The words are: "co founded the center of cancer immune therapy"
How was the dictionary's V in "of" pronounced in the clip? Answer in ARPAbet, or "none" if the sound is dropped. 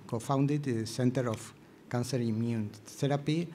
F